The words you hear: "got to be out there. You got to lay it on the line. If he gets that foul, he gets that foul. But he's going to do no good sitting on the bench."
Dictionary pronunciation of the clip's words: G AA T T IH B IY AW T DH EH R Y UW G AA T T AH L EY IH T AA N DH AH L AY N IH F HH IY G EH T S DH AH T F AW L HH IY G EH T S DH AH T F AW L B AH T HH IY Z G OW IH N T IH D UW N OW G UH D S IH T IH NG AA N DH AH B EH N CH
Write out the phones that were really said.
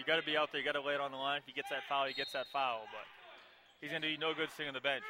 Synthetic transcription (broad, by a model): G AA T T IH B IY AW T DH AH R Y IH G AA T T AH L EY IH T N DH AH L AY N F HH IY G EH T S DH AH T F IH L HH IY G EH T S DH AH T F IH L B AH T HH IY Z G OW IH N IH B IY N OW G UH D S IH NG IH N DH AH B EH N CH